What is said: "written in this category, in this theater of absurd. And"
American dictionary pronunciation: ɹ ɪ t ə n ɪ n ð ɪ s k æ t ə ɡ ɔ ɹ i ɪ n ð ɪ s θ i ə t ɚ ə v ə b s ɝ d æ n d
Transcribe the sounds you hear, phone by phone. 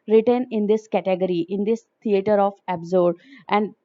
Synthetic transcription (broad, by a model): ɹ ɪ t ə n ɪ n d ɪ s k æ t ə ɡ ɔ ɹ i ɪ n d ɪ s t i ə t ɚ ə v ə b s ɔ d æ n d